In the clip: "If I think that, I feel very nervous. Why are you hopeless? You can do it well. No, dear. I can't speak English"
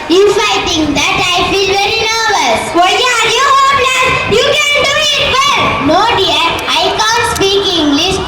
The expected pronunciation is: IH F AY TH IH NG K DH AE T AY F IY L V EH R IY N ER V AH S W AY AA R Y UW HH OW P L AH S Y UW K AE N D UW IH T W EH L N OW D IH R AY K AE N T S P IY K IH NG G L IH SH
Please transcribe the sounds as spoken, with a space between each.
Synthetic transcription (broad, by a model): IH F AY T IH NG K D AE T AY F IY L V EH R IY N ER V AH S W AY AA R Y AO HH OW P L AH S Y UW K AE N D UW IH T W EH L N OW D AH R AY K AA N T S P IY K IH NG G L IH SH